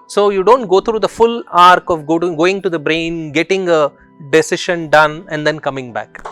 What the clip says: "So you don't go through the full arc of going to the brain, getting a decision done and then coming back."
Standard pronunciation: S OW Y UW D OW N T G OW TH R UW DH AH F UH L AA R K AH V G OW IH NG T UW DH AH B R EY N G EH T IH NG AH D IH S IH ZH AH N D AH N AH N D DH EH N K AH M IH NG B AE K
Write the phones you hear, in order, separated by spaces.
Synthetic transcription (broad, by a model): S OW Y UW D OW N T G OW T R UW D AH F UH L AA R K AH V G OW IH NG T UW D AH B R EY N G EH T IH NG AH D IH S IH SH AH N D AH N AH N D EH N K AH M IH NG B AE K